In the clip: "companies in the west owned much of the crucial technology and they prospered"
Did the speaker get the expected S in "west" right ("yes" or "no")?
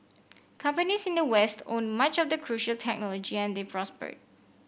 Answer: yes